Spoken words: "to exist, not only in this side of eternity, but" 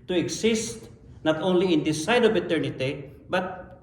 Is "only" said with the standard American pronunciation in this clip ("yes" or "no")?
yes